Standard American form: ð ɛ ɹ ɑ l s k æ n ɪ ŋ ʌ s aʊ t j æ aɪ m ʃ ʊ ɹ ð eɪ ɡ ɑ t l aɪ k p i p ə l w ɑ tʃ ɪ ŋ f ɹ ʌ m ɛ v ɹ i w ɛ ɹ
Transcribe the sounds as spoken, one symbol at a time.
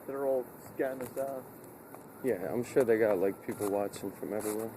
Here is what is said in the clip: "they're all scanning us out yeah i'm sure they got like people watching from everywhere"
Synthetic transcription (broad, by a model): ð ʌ ɹ ɑ l s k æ ɪ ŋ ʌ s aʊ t j æ aɪ m ʃ ʊ ɹ ð eɪ ɡ ɑ t l aɪ k p i p l w ɑ tʃ ɪ ŋ f ɹ ʌ m ɛ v ɹ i w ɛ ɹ